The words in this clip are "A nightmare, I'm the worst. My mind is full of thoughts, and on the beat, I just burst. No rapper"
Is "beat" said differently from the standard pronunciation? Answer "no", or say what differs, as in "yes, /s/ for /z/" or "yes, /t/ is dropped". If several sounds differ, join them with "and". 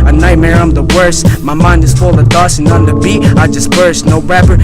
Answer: yes, /t/ is dropped